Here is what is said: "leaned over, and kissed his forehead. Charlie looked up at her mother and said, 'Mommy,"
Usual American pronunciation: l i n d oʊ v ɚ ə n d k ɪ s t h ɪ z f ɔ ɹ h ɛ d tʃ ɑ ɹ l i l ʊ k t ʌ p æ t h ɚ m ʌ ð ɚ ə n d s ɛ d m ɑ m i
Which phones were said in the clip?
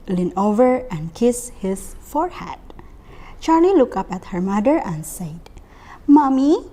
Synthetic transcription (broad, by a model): l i n oʊ v ɚ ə n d k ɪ s h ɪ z f ɔ ɹ h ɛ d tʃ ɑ ɹ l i l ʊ k ʌ p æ t h ɚ m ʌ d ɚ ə n s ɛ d m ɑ m i